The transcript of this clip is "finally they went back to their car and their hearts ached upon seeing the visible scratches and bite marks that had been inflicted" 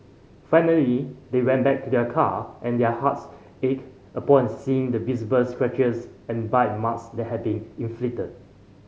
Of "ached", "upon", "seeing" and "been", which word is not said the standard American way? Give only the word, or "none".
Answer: ached